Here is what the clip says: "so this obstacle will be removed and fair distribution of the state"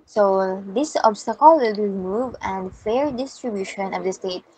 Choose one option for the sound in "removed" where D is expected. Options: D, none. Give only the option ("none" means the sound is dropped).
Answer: none